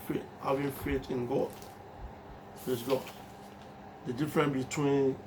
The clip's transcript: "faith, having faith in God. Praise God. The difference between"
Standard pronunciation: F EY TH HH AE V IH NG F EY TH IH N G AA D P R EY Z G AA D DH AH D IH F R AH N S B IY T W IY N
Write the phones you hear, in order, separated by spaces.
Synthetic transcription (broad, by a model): F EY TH HH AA V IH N F EY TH IH N G AA D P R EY S G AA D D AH D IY F R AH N B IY T W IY N